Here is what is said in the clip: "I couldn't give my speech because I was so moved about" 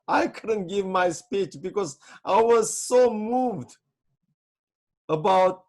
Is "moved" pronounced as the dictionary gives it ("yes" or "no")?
yes